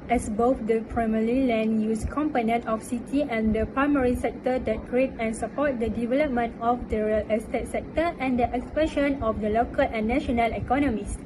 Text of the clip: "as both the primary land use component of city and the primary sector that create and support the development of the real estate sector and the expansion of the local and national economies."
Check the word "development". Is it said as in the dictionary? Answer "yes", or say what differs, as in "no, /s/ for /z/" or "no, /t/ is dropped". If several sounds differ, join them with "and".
yes